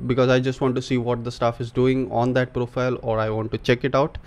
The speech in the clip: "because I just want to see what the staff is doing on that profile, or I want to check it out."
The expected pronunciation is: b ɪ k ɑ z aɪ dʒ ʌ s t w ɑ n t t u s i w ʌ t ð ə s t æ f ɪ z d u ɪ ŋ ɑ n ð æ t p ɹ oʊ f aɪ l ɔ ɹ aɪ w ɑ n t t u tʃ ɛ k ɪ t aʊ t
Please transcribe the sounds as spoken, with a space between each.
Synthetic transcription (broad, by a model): b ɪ k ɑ z aɪ dʒ ʌ s t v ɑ n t t u s i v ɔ t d ə s t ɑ f ɪ z d u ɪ ŋ ɑ n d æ t p ɹ oʊ f aɪ l ɔ ɹ aɪ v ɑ n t t u tʃ ɛ k ɪ t aʊ t